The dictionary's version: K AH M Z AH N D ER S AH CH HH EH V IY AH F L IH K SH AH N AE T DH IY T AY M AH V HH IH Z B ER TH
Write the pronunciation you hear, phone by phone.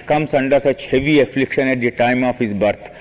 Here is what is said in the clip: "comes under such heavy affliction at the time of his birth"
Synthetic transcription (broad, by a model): K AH M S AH N D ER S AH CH HH EH V IY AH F L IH K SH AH N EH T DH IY T AY M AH F HH IH Z B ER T